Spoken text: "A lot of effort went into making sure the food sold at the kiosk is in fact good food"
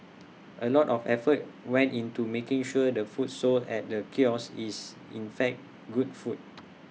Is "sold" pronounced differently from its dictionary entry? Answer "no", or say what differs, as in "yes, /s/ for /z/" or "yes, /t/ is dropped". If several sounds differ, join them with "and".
yes, /d/ is dropped